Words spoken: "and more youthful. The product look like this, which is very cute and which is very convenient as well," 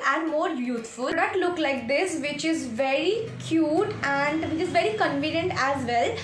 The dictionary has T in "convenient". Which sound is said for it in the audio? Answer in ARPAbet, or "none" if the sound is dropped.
T